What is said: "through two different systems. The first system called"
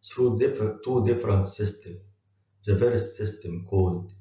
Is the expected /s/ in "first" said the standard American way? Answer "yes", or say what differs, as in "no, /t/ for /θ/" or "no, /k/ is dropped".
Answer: no, /s/ is dropped